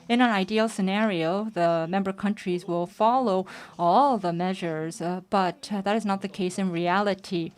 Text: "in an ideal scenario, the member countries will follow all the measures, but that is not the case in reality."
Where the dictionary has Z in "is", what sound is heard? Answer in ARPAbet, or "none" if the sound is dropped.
Z